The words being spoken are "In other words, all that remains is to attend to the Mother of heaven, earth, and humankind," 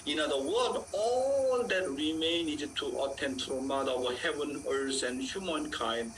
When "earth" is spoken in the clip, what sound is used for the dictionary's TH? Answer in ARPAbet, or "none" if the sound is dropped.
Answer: S